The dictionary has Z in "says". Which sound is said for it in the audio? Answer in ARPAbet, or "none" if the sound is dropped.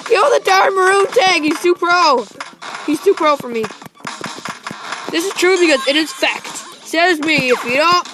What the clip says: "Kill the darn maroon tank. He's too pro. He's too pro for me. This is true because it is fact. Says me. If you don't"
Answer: Z